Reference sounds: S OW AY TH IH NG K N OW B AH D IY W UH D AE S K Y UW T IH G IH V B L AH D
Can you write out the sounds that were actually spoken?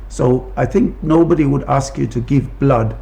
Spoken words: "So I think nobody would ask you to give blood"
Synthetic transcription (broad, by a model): S OW AY TH IH NG K N OW B AH D IY W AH D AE S K Y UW T IH G IH V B L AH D